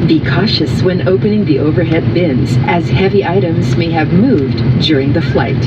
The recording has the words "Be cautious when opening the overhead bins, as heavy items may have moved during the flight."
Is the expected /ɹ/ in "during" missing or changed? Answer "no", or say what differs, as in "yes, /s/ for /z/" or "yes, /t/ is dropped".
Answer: no